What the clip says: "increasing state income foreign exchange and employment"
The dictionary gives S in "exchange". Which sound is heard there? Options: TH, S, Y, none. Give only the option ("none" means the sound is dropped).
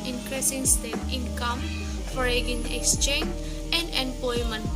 S